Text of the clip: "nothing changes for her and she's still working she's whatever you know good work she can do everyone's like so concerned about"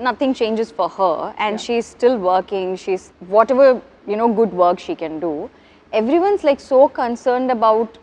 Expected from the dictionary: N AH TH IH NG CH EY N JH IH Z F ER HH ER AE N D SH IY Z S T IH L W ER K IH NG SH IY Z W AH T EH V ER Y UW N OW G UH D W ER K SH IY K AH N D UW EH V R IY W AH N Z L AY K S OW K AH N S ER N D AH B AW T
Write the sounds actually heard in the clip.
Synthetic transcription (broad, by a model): N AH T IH NG CH EY N JH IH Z F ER HH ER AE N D SH IY Z S T IH L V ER K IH NG SH IY Z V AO T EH V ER Y UW N OW G UH D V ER K SH IY K AH N D UW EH V R IY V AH N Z L AY K S OW K AH N S ER N D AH B AW T